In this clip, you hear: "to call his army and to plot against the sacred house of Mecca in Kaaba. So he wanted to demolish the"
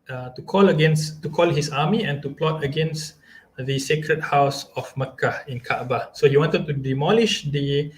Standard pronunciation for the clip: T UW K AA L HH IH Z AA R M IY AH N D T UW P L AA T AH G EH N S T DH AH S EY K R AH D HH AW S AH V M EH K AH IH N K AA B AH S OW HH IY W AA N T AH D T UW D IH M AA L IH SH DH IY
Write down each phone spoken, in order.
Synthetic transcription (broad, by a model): T UW K AA L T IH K AA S M IY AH N T UW P L AA T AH G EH N S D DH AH S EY K R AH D HH AW S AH F M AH K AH IH N K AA B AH S OW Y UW W AA N T AH D T UW D IH M AA L IH SH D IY